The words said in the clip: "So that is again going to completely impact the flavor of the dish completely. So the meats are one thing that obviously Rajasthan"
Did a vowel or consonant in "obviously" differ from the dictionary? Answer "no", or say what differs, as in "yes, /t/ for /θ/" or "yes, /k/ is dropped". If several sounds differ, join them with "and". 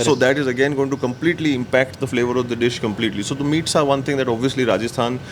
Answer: no